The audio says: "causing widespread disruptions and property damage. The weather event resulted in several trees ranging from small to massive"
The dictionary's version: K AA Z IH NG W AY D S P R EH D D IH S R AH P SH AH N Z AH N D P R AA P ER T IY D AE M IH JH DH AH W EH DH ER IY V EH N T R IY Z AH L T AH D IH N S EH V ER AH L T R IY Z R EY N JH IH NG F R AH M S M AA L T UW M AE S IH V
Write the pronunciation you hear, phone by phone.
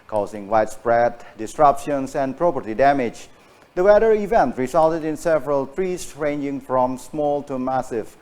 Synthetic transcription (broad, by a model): K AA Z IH NG W AY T S P R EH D D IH S R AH P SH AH N S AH N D P R AA P ER T IY D AE M IH JH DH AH W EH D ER IY V EH N T R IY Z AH L T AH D IH N S EH V ER AH L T R IY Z R EY N JH IH NG F R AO M S M AA L T UW M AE S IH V